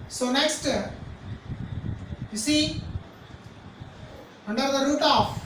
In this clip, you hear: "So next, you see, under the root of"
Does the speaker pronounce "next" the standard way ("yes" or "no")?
yes